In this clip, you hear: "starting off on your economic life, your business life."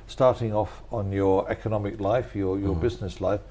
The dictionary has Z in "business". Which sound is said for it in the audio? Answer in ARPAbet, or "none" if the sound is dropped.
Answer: Z